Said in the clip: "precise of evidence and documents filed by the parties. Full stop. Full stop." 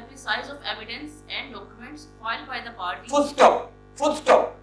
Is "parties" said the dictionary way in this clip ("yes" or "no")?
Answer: no